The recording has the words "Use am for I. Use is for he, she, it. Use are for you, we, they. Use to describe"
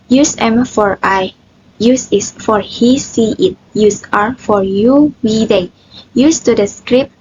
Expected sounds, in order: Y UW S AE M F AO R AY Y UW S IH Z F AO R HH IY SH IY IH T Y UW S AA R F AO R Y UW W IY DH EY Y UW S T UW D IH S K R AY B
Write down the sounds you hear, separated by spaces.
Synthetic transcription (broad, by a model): Y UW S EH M F AO R AY Y UW S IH S F AO R HH IY S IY IH T Y UW S AA R F AO R Y UW W IY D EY Y UW S T UW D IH S K R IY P